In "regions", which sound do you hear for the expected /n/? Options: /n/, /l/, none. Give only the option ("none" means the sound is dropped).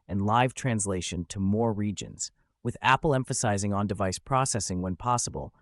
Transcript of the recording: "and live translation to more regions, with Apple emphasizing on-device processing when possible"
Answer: /n/